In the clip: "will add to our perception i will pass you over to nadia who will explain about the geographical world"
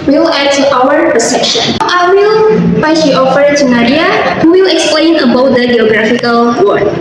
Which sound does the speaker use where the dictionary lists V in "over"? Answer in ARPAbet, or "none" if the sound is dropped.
F